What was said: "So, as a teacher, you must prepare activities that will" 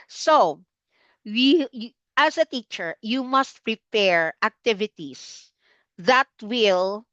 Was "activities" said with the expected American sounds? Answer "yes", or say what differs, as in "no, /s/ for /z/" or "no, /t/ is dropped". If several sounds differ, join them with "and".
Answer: no, /s/ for /z/